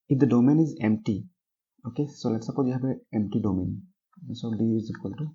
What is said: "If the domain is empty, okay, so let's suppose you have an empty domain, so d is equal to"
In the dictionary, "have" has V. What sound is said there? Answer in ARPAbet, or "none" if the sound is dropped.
B